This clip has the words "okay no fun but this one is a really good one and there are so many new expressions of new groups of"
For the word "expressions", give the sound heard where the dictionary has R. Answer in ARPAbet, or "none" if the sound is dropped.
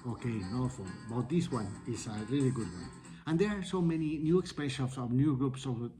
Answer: none